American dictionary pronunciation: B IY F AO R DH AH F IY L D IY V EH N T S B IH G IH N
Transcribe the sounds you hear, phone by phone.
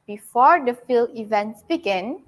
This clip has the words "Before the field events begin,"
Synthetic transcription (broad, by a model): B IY F AO R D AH F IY L IY V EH N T S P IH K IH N